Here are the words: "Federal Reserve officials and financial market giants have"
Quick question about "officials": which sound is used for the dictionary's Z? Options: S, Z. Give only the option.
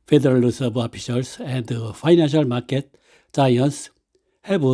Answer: S